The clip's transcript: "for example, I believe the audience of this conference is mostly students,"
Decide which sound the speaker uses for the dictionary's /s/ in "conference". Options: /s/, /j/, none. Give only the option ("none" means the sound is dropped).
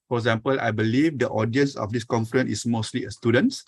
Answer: none